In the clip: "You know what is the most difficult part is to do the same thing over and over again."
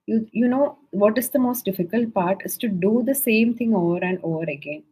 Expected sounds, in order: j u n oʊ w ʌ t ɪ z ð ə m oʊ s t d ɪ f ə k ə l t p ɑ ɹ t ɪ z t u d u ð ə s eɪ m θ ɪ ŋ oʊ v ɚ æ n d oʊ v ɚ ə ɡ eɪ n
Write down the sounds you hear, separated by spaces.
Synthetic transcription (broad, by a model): j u n oʊ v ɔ t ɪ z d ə m oʊ s t d ɪ f ə k ə l t p ɑ ɹ t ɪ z t u d u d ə s eɪ m t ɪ ŋ oʊ v ɚ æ n d oʊ v ɚ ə ɡ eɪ n